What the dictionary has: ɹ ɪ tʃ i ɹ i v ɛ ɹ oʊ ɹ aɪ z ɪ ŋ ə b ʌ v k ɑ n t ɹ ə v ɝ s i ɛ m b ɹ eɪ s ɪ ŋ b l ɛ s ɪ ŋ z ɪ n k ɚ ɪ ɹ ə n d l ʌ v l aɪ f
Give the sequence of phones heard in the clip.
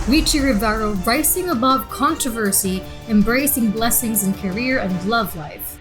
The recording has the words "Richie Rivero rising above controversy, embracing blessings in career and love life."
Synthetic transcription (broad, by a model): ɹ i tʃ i ɹ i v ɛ ɹ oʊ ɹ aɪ s ɪ ŋ ə b ʌ v k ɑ n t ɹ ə v ɝ s i ɛ m b ɹ eɪ s ɪ ŋ b l ɛ s ɪ ŋ z ɪ n k ɚ ɪ ɹ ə n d l ʌ v l aɪ f